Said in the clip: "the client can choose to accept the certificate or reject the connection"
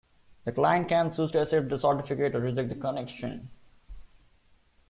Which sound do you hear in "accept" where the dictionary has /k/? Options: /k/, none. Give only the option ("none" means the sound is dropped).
none